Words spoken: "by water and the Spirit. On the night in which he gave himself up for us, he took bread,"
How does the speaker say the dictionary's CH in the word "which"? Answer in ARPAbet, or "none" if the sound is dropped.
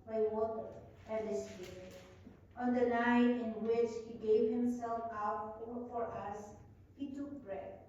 CH